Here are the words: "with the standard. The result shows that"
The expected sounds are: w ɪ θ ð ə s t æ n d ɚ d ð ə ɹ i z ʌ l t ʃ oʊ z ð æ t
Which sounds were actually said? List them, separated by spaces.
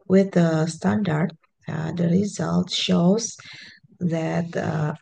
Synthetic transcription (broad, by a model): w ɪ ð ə s t æ n d ɚ d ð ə ɹ i z ʌ l t ʃ oʊ z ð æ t